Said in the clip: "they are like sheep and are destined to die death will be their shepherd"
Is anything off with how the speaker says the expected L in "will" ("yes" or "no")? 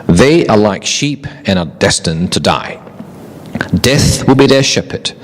no